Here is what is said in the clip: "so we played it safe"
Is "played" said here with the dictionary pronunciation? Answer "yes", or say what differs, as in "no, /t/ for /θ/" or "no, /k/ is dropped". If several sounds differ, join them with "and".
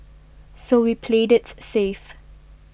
yes